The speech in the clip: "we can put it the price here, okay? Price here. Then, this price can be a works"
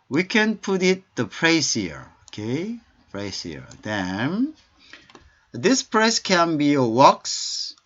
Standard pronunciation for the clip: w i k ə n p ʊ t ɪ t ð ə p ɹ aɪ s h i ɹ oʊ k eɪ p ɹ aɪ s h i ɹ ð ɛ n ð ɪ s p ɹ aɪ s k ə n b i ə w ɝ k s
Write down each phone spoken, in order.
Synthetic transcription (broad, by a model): w i k ə n p ʊ t ɪ t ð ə p ɹ aɪ s h i ɹ oʊ k eɪ p ɹ aɪ s h i ɹ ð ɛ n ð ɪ s p ɹ aɪ s k ə n b i ə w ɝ k s